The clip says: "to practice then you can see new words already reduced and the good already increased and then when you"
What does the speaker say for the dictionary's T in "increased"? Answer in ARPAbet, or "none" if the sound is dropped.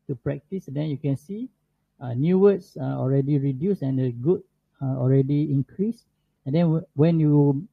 none